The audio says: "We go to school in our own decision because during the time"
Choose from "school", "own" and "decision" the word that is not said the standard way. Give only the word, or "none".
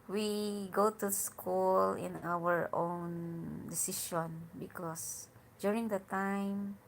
decision